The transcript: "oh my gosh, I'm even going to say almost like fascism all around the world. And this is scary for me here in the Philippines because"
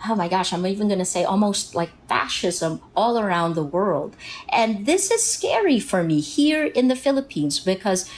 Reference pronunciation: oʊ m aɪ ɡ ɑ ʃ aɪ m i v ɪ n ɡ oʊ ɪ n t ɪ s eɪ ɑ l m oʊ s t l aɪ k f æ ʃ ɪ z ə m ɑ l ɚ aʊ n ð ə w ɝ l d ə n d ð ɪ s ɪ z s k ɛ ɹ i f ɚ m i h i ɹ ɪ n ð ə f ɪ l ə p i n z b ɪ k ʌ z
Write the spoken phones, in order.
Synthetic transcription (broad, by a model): oʊ m aɪ ɡ ɑ ʃ aɪ m i v ɪ n ɡ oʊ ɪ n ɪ s eɪ ɑ l m oʊ s t l aɪ k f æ ʃ ɪ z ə m ɑ l ɚ aʊ n ð ə w ɝ l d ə n ð ɪ s ɪ z s k ɛ ɹ i f ɚ m i h i ɹ ɪ n ð ə f ɪ l ə p i n z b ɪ k ʌ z